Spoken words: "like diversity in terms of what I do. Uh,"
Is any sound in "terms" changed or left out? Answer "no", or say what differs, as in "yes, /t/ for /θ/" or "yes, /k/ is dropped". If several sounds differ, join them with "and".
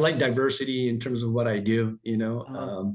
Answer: no